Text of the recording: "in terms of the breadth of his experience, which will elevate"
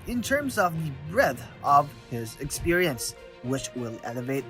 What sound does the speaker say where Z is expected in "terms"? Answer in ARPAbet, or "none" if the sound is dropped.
Z